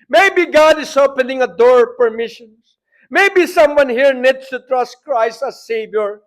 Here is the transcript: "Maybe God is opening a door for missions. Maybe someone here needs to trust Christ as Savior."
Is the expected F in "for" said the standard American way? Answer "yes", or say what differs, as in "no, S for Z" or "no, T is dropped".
no, P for F